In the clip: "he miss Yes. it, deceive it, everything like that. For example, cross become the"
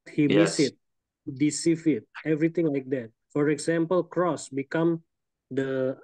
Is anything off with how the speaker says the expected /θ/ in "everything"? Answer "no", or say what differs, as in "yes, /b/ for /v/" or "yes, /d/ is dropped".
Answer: yes, /t/ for /θ/